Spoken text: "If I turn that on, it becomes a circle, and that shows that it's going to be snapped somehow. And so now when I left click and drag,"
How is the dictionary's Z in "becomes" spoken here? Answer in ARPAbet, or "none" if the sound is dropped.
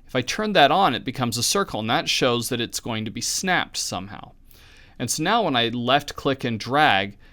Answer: Z